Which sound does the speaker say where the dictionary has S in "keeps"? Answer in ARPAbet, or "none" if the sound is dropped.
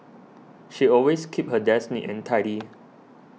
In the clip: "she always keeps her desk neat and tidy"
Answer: none